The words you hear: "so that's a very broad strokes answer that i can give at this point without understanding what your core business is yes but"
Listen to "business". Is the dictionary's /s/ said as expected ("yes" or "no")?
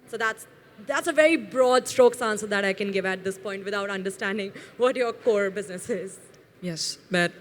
yes